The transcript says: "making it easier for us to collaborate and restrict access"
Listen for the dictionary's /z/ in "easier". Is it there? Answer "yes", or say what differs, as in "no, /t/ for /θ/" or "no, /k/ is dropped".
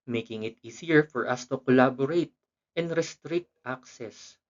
no, /s/ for /z/